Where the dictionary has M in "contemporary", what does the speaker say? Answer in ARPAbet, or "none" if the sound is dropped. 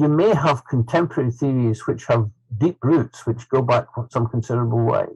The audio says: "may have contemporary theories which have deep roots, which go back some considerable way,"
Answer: M